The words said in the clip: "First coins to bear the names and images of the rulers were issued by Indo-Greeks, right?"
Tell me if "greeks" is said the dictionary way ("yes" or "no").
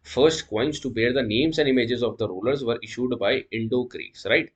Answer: no